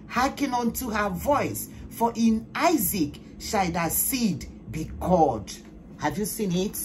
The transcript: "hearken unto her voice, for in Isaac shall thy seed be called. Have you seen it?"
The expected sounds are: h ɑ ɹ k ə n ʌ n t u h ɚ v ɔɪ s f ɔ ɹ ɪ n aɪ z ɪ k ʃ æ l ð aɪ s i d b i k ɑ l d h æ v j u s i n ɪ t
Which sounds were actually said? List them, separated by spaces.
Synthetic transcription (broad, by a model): h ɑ k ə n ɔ n t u h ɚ v ɔɪ s f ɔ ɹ ɪ n aɪ z ɪ k ʃ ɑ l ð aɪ s i d b i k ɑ d h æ v j u s i n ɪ t